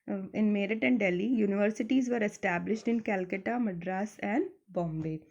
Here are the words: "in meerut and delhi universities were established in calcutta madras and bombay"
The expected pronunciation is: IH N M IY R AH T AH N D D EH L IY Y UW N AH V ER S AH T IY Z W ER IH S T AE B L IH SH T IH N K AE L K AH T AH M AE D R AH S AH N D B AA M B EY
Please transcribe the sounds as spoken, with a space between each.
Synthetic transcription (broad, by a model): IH N M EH R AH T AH N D D EH L IY Y UW N AH V ER S AH T IY Z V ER IH S T AE B L IH SH T IH N K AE L K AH T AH M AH D R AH S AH N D B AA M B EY